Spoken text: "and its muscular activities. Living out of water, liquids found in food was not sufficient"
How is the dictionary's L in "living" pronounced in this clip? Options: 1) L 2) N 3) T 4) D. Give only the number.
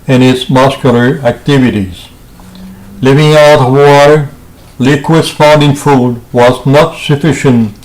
1